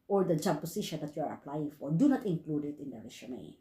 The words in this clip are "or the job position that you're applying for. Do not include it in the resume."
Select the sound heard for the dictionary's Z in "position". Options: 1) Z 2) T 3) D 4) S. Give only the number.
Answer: 4